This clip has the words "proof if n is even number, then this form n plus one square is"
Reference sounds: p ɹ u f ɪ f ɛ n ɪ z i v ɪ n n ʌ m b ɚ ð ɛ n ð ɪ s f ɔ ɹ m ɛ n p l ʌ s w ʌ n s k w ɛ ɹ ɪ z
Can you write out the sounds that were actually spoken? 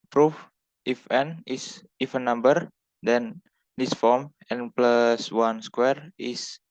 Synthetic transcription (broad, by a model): p ɹ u f ɪ f ɛ n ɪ s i f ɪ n n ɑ m b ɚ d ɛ n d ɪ s f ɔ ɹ m ɛ n p l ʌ s w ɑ n s k w ɛ ɹ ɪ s